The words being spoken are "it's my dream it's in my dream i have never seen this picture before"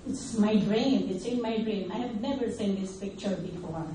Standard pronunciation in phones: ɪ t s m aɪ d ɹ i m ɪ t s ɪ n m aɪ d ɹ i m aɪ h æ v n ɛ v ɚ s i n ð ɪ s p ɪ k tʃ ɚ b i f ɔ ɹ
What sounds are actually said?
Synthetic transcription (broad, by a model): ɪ t s m aɪ d ɹ i m ɪ t s ɪ n m aɪ d ɹ i m aɪ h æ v n ɛ v ɚ s i n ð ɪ s p ɪ k tʃ ɚ b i f ɔ ɹ